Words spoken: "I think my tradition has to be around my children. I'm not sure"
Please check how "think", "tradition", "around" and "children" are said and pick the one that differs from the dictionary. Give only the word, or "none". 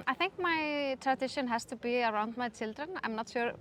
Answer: none